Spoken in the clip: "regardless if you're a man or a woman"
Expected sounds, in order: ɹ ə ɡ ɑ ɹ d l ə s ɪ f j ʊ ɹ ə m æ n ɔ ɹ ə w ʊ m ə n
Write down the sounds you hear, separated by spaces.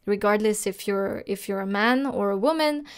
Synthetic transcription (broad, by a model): ɹ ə ɡ ɑ ɹ d l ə s ɪ f j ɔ ɹ ə m æ n ɔ ɹ ə w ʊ m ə n